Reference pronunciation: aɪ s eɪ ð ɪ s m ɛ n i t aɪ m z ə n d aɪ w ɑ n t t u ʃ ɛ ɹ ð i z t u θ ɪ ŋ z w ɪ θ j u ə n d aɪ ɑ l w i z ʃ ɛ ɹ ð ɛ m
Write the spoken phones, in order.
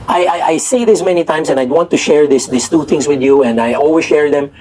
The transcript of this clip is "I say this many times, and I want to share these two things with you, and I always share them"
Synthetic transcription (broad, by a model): aɪ s eɪ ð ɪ s m ɛ n i t aɪ m s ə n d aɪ w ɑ n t t u ʃ ɛ ɹ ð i s t u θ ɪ ŋ s w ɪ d j u ə n d aɪ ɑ l w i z ʃ ɛ ɹ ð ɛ m